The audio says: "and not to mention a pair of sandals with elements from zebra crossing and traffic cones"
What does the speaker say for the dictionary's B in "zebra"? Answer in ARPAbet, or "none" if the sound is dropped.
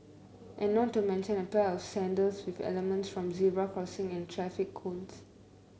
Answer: none